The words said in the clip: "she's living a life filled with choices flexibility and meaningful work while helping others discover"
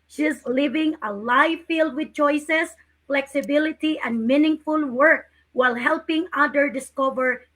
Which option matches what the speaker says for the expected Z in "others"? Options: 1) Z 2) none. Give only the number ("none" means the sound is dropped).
2